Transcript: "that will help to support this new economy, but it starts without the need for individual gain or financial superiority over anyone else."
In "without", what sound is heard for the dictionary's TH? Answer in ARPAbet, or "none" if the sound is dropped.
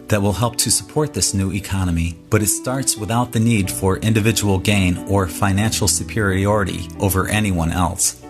TH